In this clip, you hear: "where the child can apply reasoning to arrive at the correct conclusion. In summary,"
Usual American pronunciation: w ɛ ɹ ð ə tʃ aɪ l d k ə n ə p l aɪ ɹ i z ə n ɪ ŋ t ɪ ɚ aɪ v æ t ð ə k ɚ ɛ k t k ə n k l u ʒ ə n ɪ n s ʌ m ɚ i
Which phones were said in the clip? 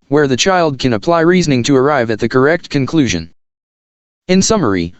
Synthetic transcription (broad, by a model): w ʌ ɹ ð ə tʃ aɪ l d k ə n ə p l aɪ ɹ i z ə n ɪ ŋ t ɪ ɚ aɪ v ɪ t ð ə k ɚ ɛ k t k ə n k l u ʒ ə n ɪ n s ʌ m ɚ i